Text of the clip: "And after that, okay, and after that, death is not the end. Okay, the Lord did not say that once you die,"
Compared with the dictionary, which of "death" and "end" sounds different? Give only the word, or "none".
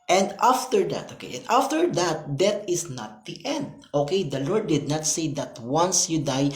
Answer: death